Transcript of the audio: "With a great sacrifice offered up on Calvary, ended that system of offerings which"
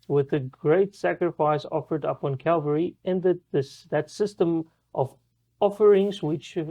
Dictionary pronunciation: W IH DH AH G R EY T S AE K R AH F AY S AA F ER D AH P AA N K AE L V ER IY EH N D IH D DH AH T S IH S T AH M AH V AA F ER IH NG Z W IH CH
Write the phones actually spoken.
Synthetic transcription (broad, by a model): W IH DH AH G R EY T S AE K R AH F AY S AA F ER D AH P N K AE L V ER IY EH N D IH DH DH AH T S IH S T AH M AH V AA F ER IH NG Z W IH CH